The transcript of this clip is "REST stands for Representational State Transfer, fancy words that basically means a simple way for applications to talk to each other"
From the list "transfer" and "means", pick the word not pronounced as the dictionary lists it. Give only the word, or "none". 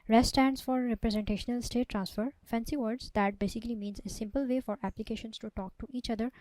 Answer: none